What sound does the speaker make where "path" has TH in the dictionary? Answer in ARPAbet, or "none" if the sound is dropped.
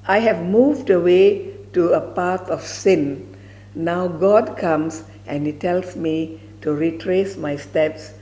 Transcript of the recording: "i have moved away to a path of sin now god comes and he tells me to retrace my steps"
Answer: T